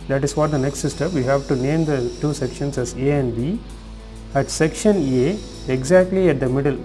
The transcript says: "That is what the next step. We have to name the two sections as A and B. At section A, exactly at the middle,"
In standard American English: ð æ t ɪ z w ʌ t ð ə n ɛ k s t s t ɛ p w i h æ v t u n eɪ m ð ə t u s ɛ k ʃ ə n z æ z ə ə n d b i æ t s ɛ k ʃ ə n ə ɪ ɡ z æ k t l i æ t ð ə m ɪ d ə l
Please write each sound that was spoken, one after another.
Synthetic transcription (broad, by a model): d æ t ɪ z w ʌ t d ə n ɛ k s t s t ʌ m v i h æ v t u n eɪ m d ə t u s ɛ k ʃ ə n s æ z ə ə n d b i æ t s ɛ k ʃ ə n ə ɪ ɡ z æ k t l i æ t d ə m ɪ d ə l